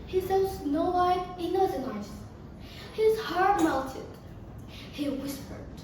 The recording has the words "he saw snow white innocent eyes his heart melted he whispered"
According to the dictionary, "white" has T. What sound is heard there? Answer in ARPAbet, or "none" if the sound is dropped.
none